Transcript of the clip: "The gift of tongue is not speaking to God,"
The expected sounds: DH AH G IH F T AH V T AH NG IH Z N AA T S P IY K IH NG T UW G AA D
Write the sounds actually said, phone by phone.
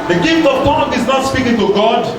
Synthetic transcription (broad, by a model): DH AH G IH F T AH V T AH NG IH Z N AA T S P IY K IH NG T UW G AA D